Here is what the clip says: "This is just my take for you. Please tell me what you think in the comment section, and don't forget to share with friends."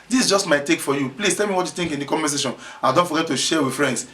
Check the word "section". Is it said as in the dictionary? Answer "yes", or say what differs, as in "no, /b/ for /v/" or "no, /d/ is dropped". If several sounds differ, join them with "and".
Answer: no, /k/ is dropped